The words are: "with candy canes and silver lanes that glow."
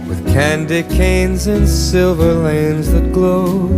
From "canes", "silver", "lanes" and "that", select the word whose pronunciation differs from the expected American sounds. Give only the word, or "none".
none